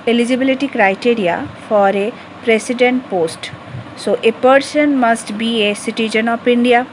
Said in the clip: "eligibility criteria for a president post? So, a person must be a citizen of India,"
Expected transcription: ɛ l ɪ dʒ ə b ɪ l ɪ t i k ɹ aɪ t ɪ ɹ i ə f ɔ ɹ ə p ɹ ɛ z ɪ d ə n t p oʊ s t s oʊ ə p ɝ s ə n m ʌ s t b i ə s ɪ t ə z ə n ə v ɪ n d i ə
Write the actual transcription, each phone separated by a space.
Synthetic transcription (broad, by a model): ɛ l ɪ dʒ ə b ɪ l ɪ t i k ɹ aɪ t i ɹ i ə f ɔ ɹ ə p ɹ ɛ s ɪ d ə n t p oʊ s t s oʊ ə p ɝ s ə n m ʌ s t b i ə s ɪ t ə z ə n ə p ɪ n d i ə